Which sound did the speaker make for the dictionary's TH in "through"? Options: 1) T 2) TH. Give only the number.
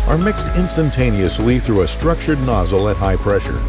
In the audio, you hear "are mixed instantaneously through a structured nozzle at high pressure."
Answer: 2